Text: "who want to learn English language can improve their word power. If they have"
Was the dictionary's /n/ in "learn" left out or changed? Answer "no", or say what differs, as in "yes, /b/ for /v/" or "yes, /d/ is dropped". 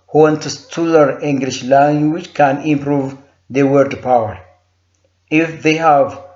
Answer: yes, /n/ is dropped